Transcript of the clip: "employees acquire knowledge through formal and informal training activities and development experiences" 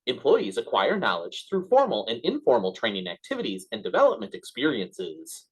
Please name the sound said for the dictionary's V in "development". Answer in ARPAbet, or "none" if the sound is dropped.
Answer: V